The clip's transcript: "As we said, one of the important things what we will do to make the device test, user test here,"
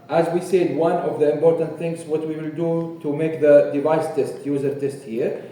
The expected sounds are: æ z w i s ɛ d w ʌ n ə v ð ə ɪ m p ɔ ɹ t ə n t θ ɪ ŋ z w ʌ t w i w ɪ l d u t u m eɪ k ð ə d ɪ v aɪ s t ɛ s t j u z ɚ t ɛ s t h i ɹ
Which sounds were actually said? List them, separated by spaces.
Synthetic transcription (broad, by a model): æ z w i s ɛ d w ʌ n ə v ð ə ɪ m p ɔ ɹ t ə n t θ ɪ ŋ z w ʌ t w i w ɪ l d u t u m eɪ k ð ə d ɪ v aɪ s t ɛ s t j u z ɚ t ɛ s t h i ɹ